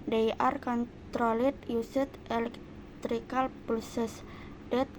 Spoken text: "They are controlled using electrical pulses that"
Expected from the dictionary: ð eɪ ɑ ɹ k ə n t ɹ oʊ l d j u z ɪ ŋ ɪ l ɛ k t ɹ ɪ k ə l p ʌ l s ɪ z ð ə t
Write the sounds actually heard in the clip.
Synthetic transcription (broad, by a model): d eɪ ɑ ɹ k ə n t ɹ oʊ l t j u s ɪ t ɪ l ɛ k t ɹ ɪ k ə l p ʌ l s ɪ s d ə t